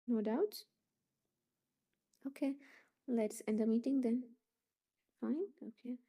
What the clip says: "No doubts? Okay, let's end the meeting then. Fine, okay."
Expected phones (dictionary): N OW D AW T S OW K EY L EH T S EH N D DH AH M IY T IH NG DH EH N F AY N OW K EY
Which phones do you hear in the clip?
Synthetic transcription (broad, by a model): N OW D AW T OW K EY L EH T S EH N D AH M IY T IH NG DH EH N F AY N OW K EY